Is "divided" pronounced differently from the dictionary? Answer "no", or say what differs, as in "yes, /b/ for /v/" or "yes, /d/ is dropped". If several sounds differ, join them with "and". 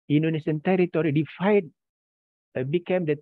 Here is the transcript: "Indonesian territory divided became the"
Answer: yes, /f/ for /v/